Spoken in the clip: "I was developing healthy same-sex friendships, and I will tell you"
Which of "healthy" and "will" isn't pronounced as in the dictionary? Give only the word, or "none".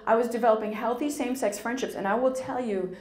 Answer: none